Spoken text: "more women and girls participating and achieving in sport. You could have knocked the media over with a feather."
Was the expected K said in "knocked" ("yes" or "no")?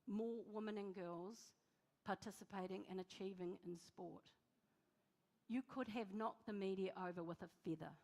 no